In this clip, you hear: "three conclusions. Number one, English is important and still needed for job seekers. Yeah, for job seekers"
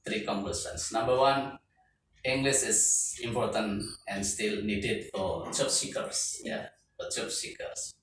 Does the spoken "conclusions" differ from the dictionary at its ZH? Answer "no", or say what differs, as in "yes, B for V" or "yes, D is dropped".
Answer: yes, S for ZH